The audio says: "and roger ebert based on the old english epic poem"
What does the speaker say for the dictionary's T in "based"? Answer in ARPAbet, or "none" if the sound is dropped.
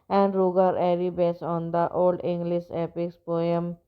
none